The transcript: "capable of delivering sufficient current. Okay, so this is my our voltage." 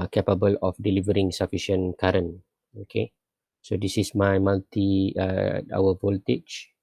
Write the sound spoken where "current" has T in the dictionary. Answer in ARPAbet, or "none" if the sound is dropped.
none